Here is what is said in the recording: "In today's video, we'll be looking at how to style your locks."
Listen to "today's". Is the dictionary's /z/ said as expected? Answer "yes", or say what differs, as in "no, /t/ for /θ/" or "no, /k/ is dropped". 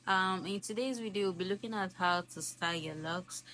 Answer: yes